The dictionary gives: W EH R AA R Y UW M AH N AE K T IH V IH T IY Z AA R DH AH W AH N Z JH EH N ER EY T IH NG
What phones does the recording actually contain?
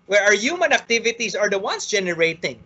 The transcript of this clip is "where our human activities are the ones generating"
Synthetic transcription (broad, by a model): W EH R AA R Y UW M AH N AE K T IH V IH T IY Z AA R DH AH W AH N S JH EH N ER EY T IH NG